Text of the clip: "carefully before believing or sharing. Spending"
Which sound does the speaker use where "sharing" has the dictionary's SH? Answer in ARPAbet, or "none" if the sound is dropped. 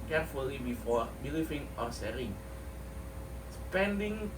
S